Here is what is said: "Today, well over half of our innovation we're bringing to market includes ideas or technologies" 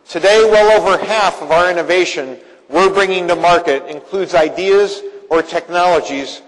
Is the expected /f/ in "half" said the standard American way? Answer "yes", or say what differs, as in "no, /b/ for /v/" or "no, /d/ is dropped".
yes